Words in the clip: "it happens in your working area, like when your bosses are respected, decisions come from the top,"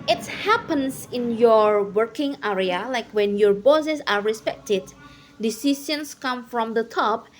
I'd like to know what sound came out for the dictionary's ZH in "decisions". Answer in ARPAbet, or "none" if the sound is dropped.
S